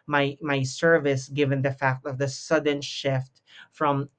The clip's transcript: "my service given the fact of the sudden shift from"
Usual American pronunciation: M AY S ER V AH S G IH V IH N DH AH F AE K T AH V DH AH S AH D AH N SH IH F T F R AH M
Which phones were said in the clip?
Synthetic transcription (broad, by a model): M AY S ER V AH S G IH V IH N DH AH F AE K T AH V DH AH S AH D AH N SH IH F T F R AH M